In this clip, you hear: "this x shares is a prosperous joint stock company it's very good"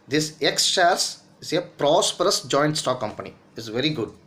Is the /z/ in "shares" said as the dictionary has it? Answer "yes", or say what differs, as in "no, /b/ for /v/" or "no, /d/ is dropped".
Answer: no, /s/ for /z/